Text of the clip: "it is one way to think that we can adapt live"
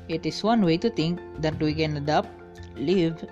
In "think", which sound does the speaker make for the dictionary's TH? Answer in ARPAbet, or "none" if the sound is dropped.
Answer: T